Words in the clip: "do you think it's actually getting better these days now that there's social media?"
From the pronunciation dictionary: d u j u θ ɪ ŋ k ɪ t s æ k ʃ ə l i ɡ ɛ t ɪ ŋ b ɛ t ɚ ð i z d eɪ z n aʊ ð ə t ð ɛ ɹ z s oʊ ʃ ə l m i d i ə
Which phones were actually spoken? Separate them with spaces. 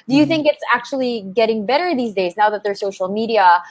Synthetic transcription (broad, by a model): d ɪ j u θ ɪ ŋ k ɪ t s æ k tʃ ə l i ɡ ɛ t ɪ ŋ b ɛ t ɚ ð i z d eɪ z n aʊ ð ə t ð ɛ ɹ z s oʊ ʃ l m i d i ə